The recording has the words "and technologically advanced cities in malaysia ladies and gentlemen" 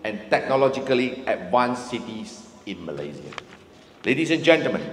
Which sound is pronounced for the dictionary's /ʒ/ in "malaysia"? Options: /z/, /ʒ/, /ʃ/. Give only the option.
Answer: /z/